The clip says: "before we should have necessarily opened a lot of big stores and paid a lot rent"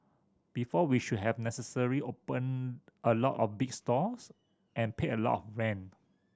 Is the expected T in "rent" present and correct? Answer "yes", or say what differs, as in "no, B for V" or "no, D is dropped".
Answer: no, T is dropped